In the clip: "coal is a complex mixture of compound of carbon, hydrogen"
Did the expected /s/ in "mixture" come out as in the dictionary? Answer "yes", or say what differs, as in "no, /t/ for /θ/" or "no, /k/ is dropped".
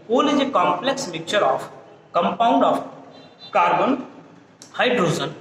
no, /s/ is dropped